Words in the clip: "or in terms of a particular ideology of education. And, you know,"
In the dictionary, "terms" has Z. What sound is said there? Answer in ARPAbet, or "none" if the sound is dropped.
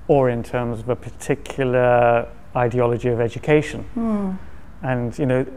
Z